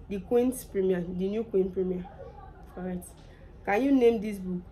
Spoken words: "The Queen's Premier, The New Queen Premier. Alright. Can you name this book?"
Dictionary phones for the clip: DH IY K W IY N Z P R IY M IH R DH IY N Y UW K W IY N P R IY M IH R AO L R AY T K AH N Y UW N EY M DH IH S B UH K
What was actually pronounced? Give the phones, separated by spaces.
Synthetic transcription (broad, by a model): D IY K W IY N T P R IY M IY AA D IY N Y UW K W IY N P R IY M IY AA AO R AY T K AH N Y UW N EY M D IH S B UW K